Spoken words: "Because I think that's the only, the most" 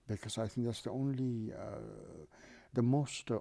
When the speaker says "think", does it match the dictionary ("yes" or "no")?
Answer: yes